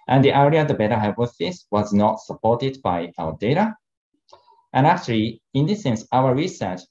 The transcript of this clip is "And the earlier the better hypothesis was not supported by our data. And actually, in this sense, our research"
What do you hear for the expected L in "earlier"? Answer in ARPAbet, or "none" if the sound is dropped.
none